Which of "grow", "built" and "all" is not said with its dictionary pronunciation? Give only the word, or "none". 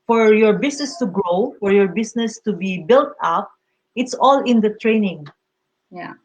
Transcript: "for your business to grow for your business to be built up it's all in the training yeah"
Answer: none